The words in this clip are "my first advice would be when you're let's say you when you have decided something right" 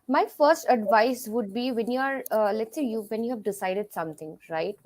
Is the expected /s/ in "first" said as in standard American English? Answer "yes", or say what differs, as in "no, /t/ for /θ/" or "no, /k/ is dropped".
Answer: yes